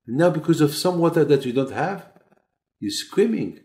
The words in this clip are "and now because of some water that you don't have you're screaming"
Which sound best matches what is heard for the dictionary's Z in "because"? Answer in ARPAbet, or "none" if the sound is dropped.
Z